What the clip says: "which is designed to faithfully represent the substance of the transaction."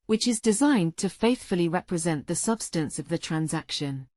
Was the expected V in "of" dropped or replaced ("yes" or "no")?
no